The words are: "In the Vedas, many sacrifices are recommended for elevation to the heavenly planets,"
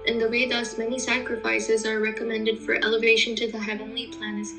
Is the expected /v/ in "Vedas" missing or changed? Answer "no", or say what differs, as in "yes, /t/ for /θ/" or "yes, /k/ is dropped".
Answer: yes, /w/ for /v/